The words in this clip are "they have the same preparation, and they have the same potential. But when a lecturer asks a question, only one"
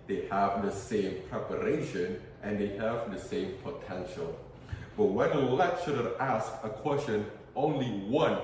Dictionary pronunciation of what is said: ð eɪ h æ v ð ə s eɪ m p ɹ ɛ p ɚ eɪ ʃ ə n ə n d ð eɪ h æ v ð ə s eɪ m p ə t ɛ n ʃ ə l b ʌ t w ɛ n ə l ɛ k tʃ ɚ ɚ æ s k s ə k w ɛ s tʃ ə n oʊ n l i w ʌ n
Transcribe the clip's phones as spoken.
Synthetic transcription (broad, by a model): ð eɪ h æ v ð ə s eɪ m p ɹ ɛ p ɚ eɪ ʃ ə n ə n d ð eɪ h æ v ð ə s eɪ m p ə t ɛ n ʃ ə l b ʌ t w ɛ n ə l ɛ tʃ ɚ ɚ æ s s ə k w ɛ s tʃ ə n oʊ n l i w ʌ n